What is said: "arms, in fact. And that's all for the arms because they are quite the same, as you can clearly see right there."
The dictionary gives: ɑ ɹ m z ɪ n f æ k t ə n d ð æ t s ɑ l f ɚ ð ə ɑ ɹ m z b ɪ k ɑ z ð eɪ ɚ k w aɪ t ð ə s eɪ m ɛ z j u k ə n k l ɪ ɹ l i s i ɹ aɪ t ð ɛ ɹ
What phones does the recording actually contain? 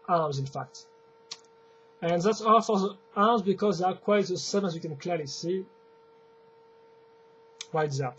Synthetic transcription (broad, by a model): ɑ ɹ m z ɪ n f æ k t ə n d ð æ t s ɑ l f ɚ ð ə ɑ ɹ m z b ɪ k ɑ z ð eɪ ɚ k w aɪ t ð ə s eɪ m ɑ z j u k ə n k l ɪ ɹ l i s i w aɪ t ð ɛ